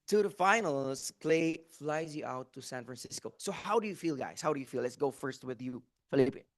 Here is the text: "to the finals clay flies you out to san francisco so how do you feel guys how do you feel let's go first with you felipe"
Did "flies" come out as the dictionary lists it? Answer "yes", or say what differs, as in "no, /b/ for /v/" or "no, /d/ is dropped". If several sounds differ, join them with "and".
yes